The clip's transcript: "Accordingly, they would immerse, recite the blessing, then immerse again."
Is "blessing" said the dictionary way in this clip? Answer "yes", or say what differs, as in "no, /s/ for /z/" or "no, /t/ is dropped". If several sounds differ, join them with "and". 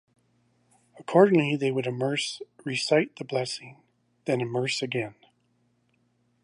yes